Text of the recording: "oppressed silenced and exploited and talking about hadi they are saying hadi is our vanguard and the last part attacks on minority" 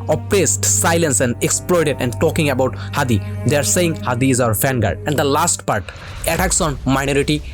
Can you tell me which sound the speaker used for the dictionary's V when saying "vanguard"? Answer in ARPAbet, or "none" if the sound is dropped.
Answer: F